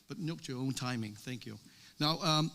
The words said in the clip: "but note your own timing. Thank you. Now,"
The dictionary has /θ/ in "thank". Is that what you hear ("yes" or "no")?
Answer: yes